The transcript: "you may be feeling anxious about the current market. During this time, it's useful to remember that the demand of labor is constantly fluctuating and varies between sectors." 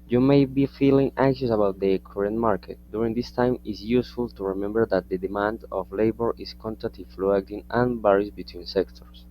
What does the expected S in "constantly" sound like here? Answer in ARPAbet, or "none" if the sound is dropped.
none